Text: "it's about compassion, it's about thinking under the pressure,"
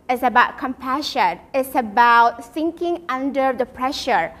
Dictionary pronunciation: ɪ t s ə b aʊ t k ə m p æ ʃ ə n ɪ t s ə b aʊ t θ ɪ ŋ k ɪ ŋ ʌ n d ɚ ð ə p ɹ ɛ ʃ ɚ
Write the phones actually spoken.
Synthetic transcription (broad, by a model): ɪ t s ə b aʊ t k ə m p æ ʃ ə n ɪ t s ə b aʊ t s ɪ ŋ k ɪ ŋ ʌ n d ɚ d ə p ɹ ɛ ʃ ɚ